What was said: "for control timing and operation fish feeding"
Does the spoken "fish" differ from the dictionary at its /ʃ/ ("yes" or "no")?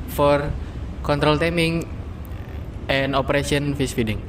yes